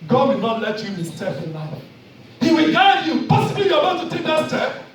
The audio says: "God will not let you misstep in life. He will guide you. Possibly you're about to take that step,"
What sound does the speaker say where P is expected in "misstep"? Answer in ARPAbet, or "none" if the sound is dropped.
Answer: F